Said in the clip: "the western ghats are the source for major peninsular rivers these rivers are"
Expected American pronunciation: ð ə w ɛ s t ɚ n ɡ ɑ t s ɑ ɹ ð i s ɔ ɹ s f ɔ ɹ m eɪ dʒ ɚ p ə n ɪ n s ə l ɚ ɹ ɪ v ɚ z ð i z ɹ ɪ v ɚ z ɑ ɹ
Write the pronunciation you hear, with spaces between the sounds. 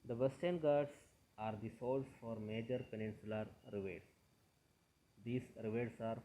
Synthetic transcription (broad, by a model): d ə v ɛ s t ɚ n ɡ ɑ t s ɑ ɹ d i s ɔ l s f ɔ ɹ m eɪ dʒ ɚ p ə n ɪ n s ə l ɚ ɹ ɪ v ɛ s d i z ɹ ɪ v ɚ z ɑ ɹ